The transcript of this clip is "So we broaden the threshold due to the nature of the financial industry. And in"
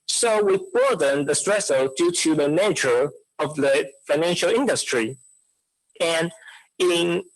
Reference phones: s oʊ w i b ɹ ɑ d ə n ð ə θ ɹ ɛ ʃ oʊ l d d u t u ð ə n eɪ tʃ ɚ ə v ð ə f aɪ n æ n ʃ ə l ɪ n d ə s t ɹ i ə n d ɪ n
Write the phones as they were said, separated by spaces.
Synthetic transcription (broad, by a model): s oʊ w i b ɑ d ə n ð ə t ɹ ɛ s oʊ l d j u t u ð ə n eɪ tʃ ɚ ə v ð ə f aɪ n æ n ʃ ə l ɪ n d ə s t ɹ i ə n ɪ n